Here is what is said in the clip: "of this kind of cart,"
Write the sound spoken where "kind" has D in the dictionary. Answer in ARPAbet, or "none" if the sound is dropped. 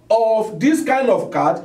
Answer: D